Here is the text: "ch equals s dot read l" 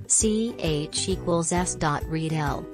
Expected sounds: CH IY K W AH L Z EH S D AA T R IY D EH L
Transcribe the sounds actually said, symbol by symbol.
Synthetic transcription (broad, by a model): CH IY K W AH L Z EH S D AA T R IY D EH L